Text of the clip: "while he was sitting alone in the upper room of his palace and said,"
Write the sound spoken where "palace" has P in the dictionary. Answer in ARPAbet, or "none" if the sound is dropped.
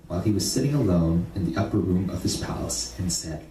P